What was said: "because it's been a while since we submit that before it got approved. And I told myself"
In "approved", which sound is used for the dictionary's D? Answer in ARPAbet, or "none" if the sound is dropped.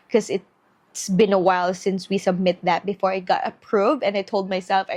none